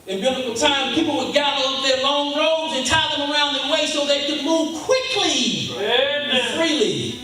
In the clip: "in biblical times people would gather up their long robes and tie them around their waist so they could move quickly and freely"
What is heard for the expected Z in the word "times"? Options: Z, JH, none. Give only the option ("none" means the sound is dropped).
none